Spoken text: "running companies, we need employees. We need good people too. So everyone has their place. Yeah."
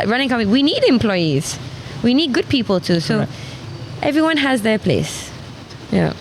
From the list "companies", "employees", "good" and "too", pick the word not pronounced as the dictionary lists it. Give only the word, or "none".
companies